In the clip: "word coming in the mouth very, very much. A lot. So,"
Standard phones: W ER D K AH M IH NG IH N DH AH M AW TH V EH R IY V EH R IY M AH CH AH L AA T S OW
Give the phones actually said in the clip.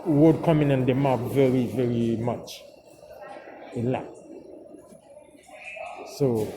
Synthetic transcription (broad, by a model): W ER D K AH M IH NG IH N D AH M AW F V EH R IY V EH R IY M AH CH AH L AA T S OW